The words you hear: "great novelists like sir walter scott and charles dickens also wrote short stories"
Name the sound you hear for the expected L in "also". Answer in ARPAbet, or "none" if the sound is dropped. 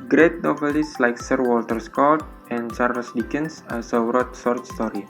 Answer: none